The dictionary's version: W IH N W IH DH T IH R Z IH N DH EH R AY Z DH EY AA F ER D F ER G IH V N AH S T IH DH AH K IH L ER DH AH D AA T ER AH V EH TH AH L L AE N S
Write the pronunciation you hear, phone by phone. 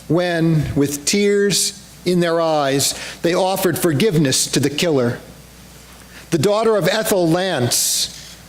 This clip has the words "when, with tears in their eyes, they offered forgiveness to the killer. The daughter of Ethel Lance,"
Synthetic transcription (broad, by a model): W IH N W IH DH T IH R Z IH N DH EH R AY Z DH EY AA F ER D F ER G IH V N AH S T IH DH AH K IH L ER DH AH D AA T ER AH V EH TH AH L L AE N S